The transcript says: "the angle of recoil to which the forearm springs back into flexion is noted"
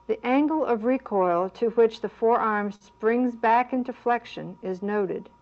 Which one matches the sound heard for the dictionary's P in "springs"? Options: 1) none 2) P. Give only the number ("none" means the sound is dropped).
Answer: 2